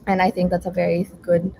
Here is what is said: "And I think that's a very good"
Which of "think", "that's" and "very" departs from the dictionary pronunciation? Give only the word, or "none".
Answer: none